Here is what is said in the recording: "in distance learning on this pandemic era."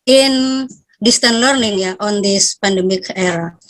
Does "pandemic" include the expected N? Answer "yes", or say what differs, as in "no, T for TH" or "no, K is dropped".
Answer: yes